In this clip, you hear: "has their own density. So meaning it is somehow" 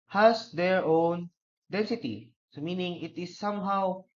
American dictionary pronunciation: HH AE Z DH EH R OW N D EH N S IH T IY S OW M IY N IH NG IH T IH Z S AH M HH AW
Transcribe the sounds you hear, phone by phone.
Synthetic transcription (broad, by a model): HH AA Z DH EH R OW N D EH N S IH T IY S OW M IY N IH NG IH T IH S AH M HH AW